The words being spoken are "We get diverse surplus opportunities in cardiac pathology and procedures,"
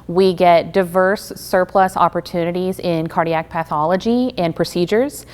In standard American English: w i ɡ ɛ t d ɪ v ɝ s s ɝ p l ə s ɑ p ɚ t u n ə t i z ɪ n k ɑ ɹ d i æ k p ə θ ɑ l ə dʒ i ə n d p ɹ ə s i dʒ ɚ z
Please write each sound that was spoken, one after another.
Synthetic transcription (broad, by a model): w i ɡ ɛ t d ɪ v ɝ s s ɝ p l ə s ɑ p ɚ t u n ə t i z ɪ n k ɑ ɹ d i æ k p ə θ ɑ l ə dʒ i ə n p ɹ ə s i dʒ ɚ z